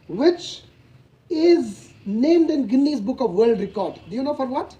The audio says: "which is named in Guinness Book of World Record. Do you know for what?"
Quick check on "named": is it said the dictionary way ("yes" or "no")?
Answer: yes